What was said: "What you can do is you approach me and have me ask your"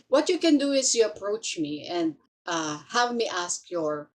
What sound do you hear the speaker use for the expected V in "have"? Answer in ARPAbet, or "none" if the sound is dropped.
V